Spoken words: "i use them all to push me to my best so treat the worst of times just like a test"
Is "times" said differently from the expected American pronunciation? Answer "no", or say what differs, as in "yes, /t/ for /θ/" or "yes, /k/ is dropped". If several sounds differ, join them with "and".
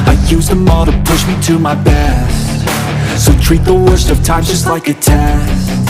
yes, /z/ is dropped